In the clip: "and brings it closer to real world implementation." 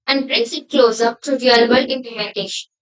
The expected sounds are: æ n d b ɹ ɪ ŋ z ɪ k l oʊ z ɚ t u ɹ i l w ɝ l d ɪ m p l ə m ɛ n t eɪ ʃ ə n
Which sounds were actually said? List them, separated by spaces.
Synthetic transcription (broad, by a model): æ n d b ɹ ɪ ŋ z ɪ k l oʊ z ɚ t u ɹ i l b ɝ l ɪ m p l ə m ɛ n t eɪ ʃ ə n